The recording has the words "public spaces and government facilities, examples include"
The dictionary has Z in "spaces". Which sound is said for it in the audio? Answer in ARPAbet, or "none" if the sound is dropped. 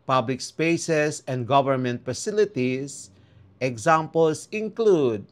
S